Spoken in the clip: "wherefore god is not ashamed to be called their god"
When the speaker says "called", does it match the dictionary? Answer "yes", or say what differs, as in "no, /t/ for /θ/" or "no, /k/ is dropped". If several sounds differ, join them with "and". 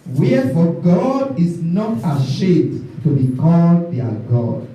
yes